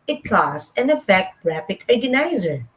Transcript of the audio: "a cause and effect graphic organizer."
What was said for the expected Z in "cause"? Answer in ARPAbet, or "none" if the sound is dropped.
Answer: S